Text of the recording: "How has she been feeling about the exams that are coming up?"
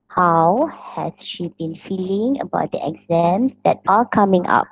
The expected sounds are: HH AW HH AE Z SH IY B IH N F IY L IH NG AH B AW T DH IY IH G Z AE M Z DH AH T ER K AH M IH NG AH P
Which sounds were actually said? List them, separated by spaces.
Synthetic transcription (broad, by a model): HH AW HH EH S SH IY B IH N F IY L IH NG AH B AW T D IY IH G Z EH M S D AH T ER K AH M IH NG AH P